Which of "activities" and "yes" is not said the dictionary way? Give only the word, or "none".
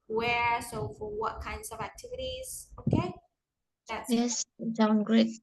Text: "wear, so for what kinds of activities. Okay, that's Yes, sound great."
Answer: none